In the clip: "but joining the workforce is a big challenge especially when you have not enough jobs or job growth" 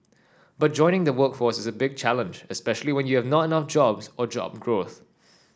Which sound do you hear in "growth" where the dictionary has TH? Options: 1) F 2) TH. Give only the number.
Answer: 2